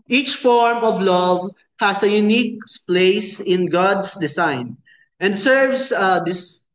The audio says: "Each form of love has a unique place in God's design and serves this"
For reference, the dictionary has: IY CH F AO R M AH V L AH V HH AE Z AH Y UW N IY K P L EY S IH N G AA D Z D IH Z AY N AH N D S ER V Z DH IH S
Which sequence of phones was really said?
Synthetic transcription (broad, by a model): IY CH F AO R M AH V L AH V HH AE S AH Y UW N IY K P L EY S IH N G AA D S D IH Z AY N AH N D S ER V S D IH S